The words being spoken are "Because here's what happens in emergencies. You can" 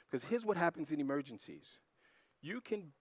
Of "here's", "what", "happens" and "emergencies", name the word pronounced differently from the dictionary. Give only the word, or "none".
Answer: none